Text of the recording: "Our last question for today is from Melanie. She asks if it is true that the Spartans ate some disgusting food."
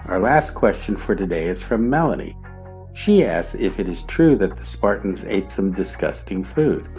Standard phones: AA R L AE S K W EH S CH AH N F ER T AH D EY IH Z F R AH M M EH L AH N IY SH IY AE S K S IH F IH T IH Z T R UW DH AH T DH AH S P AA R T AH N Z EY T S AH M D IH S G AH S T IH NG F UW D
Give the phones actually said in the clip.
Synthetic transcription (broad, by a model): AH R L AE S K W EH S CH AH N F ER T AH D EY IH Z F R AH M M EH L AH N IY SH IY AE S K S IH F IH T IH Z T R UW DH AH T DH AH S P AA R T N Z EY T S AH M D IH S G AH S T IH NG F UW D